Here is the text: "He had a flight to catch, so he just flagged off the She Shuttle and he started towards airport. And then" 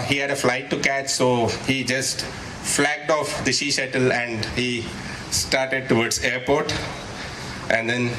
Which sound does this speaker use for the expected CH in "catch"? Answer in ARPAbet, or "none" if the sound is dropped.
CH